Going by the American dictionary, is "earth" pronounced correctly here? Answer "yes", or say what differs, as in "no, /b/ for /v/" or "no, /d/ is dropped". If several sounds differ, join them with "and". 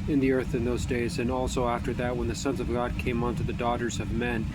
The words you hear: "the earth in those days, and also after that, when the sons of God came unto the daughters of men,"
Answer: yes